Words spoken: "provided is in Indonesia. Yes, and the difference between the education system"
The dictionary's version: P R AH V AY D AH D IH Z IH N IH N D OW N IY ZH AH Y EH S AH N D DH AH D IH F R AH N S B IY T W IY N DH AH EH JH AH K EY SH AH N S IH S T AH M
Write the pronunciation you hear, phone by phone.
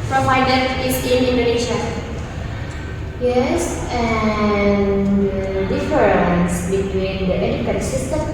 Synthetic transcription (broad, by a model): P R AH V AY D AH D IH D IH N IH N D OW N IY SH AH Y EH S AH N D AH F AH R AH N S B IY T W IY N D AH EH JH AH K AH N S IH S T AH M